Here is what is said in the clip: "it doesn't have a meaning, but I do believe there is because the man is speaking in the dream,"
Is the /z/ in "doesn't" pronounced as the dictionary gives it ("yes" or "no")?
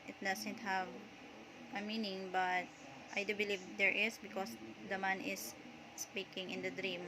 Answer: no